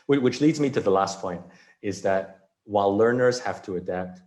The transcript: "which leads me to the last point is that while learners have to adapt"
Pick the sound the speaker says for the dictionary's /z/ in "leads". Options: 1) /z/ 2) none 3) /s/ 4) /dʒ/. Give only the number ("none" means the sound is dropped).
1